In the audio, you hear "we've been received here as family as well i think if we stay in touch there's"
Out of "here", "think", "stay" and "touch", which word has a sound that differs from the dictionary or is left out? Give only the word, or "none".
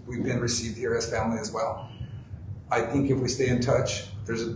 none